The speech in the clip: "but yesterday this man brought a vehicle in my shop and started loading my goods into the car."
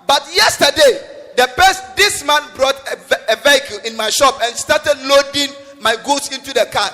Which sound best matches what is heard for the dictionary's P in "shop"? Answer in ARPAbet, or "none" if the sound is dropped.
P